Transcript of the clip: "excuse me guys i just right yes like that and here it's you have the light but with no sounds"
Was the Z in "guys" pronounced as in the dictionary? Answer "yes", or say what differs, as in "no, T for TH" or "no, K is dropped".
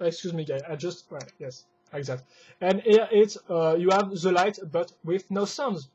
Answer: no, Z is dropped